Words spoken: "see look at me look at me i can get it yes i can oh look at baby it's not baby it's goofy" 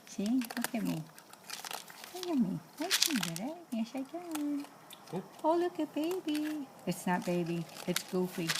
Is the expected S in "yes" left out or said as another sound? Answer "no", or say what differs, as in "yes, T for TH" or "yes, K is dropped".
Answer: yes, SH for S